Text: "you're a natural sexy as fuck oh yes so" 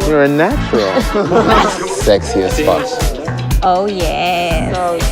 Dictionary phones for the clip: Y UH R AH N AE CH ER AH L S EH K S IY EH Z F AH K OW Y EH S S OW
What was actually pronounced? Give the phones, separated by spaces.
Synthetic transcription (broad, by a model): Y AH R AH N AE CH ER L S EH K S IY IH S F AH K OW Y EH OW